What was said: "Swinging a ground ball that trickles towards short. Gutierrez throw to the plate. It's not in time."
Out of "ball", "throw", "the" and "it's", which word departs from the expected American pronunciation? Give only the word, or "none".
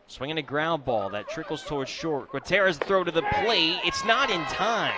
none